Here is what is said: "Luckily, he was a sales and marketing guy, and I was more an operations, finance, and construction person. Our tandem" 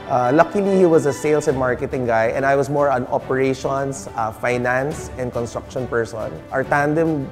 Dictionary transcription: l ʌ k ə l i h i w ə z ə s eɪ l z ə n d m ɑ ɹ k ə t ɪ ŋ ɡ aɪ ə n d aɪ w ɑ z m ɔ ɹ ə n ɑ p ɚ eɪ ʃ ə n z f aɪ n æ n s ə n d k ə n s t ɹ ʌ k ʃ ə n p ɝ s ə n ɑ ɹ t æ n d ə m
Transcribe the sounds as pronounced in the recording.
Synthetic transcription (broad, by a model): l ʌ k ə l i h i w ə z ə s eɪ l s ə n m ɑ ɹ k ə t ɪ ŋ ɡ aɪ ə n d aɪ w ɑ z m ɔ ɹ ə n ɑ p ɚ eɪ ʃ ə n s f aɪ n æ n s ə n d k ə n s t ɹ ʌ k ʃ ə n p ɝ s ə n ɑ ɹ t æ n d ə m